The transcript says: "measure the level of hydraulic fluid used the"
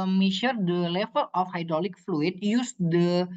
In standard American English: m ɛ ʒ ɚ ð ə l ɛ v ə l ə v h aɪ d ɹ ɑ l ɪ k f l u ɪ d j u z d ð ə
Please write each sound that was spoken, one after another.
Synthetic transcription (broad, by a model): m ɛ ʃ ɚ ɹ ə l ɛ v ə l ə f h aɪ d ɹ ɑ l ɪ k f l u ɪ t j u s d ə